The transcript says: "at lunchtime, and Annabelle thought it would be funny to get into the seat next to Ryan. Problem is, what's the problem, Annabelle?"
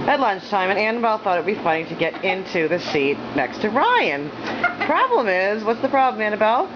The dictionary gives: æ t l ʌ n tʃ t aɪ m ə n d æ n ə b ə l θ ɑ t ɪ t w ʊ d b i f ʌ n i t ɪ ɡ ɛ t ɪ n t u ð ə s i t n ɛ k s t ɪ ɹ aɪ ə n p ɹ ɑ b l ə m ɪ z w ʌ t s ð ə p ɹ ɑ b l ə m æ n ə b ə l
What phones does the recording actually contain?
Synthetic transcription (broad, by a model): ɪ t l ʌ n tʃ t aɪ m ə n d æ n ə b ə l θ ɑ t ɪ t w b i f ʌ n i t ɪ ɡ ɛ t ɪ n t u ð ə s i t n ɛ k s t ɪ ɹ aɪ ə n p ɹ ɑ b l ə m ɪ z w ʌ t s ð ə p ɹ ɑ b l ə m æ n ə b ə l